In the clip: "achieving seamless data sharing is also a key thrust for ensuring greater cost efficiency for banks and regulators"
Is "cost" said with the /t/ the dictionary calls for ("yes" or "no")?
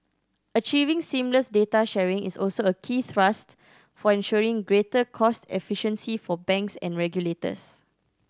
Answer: yes